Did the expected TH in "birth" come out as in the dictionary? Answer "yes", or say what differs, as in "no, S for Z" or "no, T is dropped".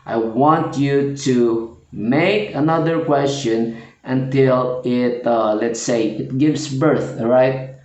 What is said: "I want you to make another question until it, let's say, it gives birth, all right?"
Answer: yes